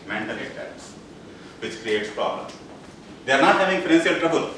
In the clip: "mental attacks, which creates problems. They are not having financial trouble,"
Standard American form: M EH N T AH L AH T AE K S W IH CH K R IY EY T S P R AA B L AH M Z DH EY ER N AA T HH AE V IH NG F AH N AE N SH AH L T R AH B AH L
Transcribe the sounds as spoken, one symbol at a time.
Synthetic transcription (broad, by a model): M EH N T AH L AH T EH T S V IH CH K R IY EY T S P R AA B L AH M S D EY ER N AA T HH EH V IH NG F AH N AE N S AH L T R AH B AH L